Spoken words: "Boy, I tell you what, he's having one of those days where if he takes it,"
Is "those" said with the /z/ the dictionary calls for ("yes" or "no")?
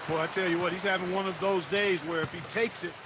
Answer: yes